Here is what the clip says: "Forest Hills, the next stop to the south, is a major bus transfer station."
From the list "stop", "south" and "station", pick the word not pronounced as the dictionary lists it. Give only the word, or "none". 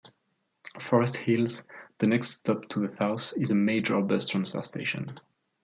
south